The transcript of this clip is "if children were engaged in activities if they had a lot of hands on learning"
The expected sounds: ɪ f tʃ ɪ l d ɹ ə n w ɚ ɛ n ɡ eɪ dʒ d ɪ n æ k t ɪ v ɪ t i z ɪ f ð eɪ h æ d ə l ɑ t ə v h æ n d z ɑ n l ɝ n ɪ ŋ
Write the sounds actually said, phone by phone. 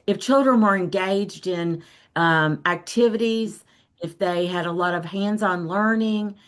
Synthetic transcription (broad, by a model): ɪ f tʃ ɪ l d ɹ ə n w ɚ ɛ n ɡ eɪ dʒ d ɪ n æ k t ɪ v ɪ t i z ɪ f ð eɪ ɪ d ə l ɑ t ə v h æ n d z n l ɝ n ɪ ŋ